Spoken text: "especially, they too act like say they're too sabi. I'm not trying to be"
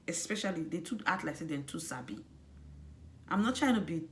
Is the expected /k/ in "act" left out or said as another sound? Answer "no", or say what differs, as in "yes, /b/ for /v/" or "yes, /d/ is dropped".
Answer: yes, /k/ is dropped